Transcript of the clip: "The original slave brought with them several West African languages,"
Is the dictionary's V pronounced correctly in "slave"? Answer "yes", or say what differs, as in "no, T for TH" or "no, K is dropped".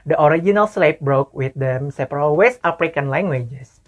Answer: no, P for V